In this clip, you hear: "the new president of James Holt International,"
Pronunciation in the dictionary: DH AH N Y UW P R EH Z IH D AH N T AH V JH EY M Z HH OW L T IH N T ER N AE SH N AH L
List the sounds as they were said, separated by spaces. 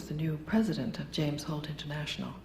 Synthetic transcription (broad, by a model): DH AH N Y UW P R EH Z IH D AH N T AH V JH EY M Z HH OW L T IH N T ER N AE SH N L